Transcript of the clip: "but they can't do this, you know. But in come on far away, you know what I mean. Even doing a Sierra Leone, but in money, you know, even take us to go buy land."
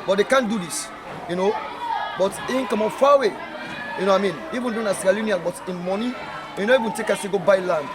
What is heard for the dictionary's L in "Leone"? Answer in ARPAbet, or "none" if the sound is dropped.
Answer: N